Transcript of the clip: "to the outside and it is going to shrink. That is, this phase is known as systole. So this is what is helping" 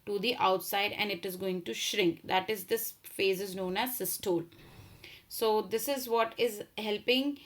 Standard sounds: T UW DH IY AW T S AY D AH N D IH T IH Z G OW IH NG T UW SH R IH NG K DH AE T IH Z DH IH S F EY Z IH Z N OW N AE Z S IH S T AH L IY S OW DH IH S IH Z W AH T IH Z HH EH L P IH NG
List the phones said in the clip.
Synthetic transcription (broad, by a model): T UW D IY AW T S AY D AH N D IH T IH Z G OW IH NG T UW SH R IH NG K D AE T IH Z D IH S F EY Z IH Z N OW N AE Z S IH S T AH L S OW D IH S IH Z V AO T IH Z HH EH L P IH NG